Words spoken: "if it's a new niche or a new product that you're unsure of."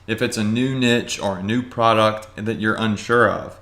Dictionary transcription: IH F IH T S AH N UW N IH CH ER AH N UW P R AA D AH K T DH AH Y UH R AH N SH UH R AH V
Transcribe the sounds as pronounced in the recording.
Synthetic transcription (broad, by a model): IH F IH T S AH N UW N IH CH ER AH N UW P R AA D AH K T DH AH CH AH R AH N SH UH R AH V